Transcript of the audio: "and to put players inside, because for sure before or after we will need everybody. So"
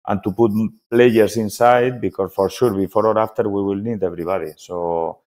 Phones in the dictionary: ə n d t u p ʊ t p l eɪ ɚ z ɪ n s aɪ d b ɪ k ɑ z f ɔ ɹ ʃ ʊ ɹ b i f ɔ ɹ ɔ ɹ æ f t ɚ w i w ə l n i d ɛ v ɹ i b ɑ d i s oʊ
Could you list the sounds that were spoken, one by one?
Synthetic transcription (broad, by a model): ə n t u p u t p l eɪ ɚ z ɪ n s aɪ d b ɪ k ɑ s f ɔ ɹ ʃ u ɹ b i f ɔ ɹ ɔ ɹ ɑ f t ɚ w i w ə l n i d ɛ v ɹ i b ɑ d i s oʊ